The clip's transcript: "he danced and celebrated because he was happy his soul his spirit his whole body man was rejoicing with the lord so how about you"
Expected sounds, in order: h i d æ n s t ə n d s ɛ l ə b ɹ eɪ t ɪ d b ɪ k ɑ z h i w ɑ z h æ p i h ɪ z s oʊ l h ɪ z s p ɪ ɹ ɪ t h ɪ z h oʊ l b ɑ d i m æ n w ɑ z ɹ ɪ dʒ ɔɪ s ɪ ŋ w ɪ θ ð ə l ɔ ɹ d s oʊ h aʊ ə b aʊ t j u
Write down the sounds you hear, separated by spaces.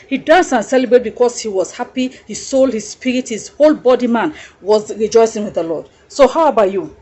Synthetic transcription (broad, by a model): h i d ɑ n s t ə n s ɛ l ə b ɹ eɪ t b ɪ k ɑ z h i w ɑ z h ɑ p i h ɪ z s oʊ l h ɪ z s p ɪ ɹ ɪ t h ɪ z h oʊ l b ɑ d i m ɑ n w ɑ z ɹ ɪ dʒ ɔɪ s ɪ ŋ w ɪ ð ə l ɔ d s oʊ h aʊ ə b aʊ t j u